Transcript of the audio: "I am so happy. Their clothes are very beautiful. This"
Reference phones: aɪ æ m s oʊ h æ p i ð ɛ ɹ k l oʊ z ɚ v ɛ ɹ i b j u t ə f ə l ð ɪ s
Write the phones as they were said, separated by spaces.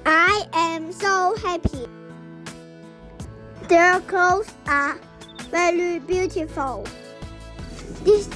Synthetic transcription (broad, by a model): aɪ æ m s oʊ h æ p i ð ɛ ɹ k oʊ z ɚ v ɛ ɹ i b j u t ə f ə l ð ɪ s